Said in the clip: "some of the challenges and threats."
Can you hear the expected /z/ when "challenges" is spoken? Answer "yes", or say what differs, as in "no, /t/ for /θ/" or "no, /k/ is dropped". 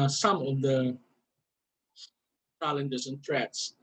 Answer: no, /s/ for /z/